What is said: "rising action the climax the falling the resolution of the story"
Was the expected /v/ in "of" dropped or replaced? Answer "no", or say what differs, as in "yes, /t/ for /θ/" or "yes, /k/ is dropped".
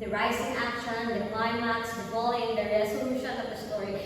yes, /p/ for /v/